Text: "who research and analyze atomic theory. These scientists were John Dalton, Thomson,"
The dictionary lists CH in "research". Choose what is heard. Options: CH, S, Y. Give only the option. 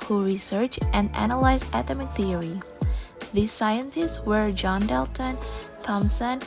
CH